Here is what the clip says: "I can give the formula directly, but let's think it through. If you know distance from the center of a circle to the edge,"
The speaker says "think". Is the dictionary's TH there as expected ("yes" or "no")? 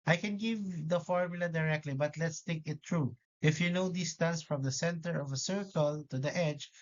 no